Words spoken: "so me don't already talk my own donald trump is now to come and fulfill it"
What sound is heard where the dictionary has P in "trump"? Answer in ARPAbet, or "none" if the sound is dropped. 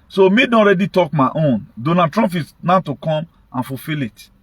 F